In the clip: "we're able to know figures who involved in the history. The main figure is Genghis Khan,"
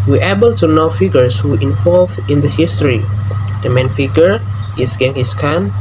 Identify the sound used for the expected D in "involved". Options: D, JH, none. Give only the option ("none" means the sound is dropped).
none